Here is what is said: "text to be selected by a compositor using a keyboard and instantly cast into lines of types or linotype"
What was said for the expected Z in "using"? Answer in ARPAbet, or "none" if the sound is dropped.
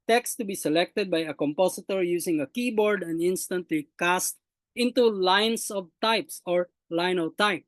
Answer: S